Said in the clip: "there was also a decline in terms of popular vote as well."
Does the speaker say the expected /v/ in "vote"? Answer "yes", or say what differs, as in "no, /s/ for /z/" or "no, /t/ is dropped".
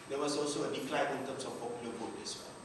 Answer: no, /b/ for /v/